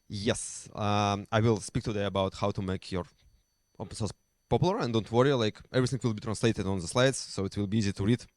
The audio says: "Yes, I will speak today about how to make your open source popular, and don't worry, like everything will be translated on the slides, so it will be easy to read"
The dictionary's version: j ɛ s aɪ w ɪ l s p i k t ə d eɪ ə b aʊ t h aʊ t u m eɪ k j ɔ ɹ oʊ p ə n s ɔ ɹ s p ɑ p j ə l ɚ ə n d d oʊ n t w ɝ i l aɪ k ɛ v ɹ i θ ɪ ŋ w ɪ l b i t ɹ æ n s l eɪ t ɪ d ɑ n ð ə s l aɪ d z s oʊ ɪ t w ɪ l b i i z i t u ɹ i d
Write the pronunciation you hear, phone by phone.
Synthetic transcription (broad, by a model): j ɛ s aɪ w ɪ l s p i k t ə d eɪ ə b aʊ t h aʊ t u m eɪ k j ɔ ɹ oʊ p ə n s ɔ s p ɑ p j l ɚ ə n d d oʊ n t w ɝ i l aɪ k ɛ v ɹ i θ ɪ ŋ w ɪ l b i t ɹ æ n s l eɪ t ɪ d ɑ n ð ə s l aɪ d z s oʊ ɪ t w ɪ l b i i z i t u ɹ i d